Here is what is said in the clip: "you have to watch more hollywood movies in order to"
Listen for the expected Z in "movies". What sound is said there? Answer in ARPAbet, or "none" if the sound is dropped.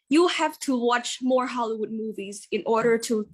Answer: Z